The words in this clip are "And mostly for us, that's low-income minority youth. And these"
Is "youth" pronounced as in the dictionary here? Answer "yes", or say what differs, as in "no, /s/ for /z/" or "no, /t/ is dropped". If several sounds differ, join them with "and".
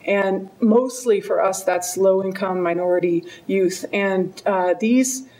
yes